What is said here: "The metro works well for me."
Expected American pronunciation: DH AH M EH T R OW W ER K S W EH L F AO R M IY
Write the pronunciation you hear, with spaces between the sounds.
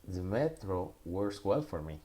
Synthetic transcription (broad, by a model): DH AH M EH T R OW W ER S W EH L F AO R M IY